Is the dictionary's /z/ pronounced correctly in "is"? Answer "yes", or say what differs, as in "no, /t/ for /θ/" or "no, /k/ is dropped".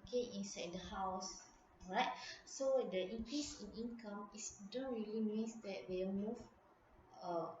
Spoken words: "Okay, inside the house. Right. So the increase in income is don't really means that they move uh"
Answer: no, /s/ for /z/